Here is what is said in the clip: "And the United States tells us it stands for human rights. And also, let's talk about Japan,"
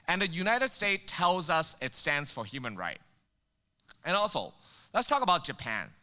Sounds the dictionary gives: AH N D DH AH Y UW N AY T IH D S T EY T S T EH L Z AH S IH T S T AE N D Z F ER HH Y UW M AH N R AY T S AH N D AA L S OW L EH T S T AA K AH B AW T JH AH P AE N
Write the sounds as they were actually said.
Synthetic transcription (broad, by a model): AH N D DH AH Y UW N AY T IH D S T EY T T EH L Z AH S IH T S T AE N D Z F ER HH Y UW M AH N R AY T AH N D AA L S OW L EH T S T AA K AH B AW T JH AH P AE N